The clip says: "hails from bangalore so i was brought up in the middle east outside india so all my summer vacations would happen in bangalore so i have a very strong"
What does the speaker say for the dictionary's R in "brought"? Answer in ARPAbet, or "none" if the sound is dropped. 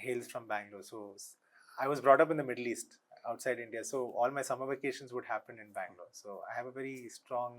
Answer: R